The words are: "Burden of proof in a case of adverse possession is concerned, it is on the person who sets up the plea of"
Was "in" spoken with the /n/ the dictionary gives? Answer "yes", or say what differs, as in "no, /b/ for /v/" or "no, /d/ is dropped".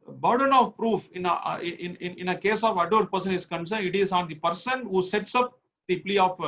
yes